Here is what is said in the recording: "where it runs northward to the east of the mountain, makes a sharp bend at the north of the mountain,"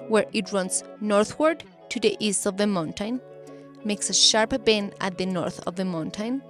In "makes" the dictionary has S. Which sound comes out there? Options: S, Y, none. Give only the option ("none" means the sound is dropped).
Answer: S